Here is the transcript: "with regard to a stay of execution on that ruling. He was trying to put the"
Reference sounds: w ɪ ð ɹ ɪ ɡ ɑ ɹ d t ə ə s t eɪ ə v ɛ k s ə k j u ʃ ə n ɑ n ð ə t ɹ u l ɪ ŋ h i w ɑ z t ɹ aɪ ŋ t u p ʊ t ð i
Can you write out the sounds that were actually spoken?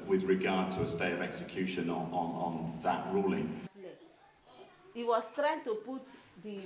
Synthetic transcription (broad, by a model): w ɪ ð ɹ ɪ ɡ ɑ d t ə ə s t eɪ ə v ɛ k s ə k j u ʃ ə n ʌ n ð ə t ɹ u l ɪ ŋ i w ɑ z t ɹ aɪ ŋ t u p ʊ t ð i